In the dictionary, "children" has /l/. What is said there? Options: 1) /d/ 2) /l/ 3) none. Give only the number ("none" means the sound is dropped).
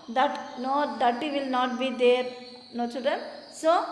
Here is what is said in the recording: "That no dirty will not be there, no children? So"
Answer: 3